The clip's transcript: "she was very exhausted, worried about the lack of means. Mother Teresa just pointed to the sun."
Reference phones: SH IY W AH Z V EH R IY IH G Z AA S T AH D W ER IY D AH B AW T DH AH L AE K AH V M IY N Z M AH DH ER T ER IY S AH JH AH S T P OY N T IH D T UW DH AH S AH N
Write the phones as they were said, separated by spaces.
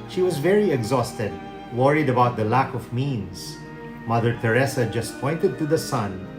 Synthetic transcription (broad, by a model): SH IY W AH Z V EH R IY IH G Z AA S T AH D W ER IY D AH B AW T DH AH L AE K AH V M IY N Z M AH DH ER T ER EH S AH JH AH S T P OY N T IH D T UW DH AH S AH N